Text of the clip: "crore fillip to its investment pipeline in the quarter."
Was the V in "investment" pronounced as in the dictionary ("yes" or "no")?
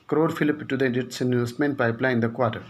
no